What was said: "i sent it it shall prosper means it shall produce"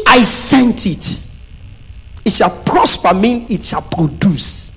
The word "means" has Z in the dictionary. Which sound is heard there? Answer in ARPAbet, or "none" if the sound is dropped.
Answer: none